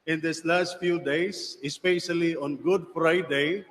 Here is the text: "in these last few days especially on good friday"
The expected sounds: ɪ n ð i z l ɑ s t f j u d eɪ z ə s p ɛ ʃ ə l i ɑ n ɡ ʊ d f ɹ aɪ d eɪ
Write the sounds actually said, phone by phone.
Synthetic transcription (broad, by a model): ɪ n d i s l ɑ s t f j u d eɪ s ə s p ɛ ʃ ə l i ɑ n ɡ ʊ d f ɹ aɪ d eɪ